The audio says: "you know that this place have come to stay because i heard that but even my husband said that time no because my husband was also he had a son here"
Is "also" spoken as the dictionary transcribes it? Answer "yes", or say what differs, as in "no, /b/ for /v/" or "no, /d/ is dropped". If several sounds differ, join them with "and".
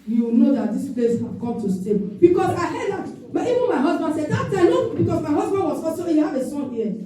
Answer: no, /l/ is dropped